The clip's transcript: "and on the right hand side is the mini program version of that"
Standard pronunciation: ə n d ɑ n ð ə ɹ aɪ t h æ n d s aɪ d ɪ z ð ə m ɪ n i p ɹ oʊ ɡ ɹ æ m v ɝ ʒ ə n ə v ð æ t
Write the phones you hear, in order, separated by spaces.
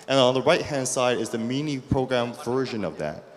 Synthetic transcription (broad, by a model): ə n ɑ n ð ə ɹ aɪ t h æ n d s aɪ d ɪ z ð ə m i n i p ɹ oʊ ɡ ɹ æ m v ɝ ʒ ə n ə v ð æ t